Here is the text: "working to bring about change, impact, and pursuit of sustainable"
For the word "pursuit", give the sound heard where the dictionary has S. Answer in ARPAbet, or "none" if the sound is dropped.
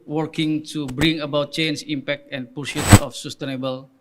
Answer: SH